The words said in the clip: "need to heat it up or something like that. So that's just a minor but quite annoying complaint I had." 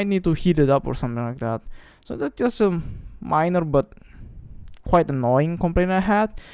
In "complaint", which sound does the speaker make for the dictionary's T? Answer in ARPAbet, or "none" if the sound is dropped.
none